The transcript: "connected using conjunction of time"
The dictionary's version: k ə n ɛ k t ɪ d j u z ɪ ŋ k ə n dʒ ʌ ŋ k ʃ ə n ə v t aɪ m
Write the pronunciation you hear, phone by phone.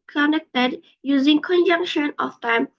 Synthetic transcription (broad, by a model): k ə n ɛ k t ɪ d j u z ɪ ŋ k ə n dʒ ʌ ŋ k ʃ ə n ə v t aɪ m